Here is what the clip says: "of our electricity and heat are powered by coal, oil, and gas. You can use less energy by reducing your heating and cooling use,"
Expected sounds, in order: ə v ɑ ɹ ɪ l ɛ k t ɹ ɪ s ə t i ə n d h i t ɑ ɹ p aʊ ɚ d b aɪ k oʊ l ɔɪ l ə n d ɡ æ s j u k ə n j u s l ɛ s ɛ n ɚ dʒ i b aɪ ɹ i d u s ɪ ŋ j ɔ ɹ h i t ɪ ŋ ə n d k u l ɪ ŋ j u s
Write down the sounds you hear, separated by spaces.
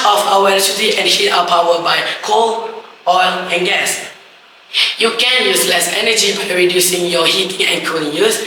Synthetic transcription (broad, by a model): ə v ɑ w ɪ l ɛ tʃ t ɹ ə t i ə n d h i t ɑ w p aʊ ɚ b aɪ k oʊ l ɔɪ l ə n ɡ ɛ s j u k ə n j u s l ɛ s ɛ n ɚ dʒ i b aɪ ɹ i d u s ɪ ŋ j ɔ h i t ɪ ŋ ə n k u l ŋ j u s